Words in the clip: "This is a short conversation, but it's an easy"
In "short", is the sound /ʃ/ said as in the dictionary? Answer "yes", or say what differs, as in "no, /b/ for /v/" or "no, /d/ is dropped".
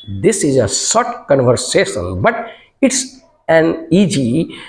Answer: no, /s/ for /ʃ/